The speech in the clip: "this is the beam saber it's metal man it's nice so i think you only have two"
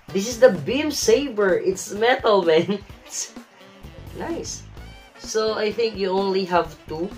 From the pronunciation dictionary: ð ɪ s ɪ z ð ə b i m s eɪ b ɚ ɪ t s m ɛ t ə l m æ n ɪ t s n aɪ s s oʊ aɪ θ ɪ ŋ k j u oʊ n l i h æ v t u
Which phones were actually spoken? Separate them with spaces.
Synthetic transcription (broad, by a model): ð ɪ s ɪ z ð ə b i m s eɪ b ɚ ɪ t s m ɛ t ə l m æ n ɪ t s n aɪ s s oʊ aɪ θ ɪ ŋ k j u oʊ n l i h æ v t u